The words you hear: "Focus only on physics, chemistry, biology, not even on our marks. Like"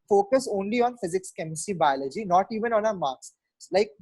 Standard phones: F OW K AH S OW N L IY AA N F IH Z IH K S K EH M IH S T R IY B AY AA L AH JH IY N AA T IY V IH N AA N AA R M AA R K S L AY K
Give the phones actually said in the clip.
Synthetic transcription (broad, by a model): F OW K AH S OW N L IY AA N F IH Z IH K S K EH M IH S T IY B AY AA L AH JH IY N AA T IY V IH N AA N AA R M AA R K S L AY K